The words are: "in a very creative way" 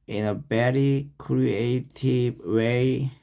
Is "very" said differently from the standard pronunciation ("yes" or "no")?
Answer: yes